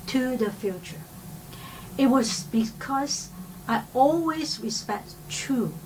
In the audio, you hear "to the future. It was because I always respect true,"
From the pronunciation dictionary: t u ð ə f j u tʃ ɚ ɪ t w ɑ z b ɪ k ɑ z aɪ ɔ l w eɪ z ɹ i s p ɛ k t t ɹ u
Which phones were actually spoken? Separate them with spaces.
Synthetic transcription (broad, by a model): t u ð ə f j u tʃ ɚ ɪ t w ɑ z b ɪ k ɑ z aɪ ɔ l w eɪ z ɹ i s p ɛ k t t ɹ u